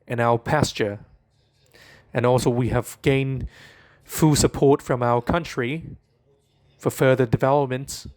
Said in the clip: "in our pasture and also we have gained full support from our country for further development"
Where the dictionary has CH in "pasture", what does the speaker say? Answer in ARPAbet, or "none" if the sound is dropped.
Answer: CH